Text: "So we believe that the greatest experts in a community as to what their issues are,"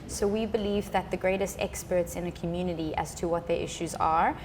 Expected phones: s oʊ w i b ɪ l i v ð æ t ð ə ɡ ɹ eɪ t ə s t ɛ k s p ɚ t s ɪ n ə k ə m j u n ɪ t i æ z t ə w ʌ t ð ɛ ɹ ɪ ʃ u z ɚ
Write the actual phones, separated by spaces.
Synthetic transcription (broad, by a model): s oʊ w i b ɪ l i v ð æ t ð ə ɡ ɹ eɪ t ə s t ɛ k s p ɚ t s ɪ n ə k ə m j u n ɪ t i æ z t ə w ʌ t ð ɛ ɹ ɪ ʃ u z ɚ